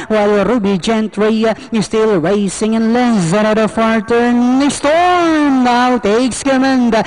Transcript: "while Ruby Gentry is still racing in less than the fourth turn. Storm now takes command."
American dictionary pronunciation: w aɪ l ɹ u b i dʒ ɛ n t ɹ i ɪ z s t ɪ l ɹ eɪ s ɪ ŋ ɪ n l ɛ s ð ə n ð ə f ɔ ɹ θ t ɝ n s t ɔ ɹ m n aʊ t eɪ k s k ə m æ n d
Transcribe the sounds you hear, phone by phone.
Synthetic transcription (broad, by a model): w aɪ l ɹ u b i dʒ ɛ n t ɹ i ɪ s t ɪ l ɹ eɪ s ɪ ŋ ɪ n l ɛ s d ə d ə f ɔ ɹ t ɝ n s t ɔ ɹ m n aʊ t eɪ k s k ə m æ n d